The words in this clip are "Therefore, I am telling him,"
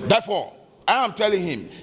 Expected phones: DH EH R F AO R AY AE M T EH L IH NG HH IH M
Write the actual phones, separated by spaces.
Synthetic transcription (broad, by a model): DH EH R F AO AY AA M T EH L IH NG HH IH M